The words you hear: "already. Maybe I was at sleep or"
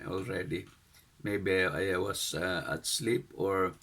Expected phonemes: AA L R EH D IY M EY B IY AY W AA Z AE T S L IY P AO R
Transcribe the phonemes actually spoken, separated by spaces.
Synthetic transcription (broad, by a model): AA L R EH D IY M EY B IY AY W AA S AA T S L IY P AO R